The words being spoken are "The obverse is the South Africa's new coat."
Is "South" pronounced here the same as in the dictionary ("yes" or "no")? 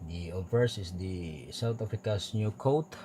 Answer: no